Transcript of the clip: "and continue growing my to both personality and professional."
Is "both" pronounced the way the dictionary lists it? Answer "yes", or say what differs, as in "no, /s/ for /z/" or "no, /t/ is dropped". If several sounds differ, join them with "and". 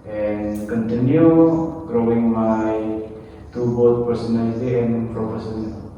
no, /t/ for /θ/